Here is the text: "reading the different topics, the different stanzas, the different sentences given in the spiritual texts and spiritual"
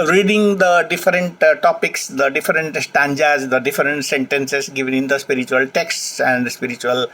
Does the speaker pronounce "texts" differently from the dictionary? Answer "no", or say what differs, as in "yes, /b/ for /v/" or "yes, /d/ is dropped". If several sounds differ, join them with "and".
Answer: no